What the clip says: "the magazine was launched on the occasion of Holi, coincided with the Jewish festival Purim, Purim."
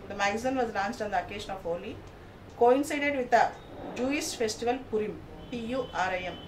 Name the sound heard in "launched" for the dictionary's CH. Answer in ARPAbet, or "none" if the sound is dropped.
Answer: S